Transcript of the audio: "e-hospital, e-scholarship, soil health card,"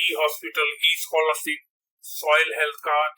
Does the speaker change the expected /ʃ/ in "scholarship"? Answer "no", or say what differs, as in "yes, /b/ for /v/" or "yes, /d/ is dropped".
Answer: yes, /s/ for /ʃ/